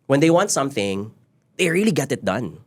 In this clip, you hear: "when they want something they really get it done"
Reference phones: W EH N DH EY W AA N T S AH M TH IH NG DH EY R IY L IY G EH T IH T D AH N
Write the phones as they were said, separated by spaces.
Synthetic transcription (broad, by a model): W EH N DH EY W AA N T S AH M TH IH NG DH EY R IY L IY G EH T IH T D AH N